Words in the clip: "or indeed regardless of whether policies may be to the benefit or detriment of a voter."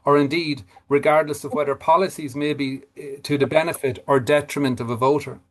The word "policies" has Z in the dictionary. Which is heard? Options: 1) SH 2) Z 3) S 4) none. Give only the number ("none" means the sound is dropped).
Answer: 2